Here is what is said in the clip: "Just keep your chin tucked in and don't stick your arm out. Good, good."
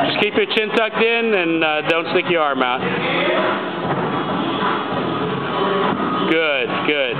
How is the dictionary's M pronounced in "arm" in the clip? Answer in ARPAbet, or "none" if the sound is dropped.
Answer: M